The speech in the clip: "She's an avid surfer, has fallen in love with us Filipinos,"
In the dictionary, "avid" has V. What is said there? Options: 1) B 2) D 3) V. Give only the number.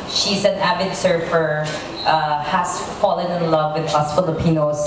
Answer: 1